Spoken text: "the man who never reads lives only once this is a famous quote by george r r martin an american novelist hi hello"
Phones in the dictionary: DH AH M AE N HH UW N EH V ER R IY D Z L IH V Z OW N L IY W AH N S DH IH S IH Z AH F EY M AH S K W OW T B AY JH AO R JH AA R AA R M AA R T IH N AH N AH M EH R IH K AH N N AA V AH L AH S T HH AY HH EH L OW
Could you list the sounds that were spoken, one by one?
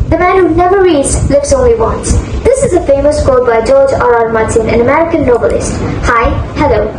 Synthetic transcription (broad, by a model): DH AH M AE N HH UW N EH V ER R IY D Z L IH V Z OW N L IY W AH N S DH IH S IH Z AH F EY M AH S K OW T B AY JH AO R JH AA R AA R M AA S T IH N AH N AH M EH R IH K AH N N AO B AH L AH S T HH AY HH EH L OW